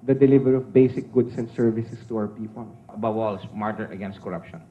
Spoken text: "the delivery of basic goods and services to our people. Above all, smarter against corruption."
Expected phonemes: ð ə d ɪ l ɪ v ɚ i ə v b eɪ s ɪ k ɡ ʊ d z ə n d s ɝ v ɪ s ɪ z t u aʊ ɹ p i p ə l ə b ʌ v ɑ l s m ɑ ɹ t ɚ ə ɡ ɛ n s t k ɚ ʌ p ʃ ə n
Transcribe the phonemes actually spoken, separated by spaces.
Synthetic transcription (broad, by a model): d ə d ɪ l ɪ v ɚ i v b eɪ s ɪ k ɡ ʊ d s ə n d s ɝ v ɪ s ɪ s t u aʊ ɹ p i p ə l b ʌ w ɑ l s m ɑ ɹ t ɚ ə ɡ ɛ n s t k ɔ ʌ p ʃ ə n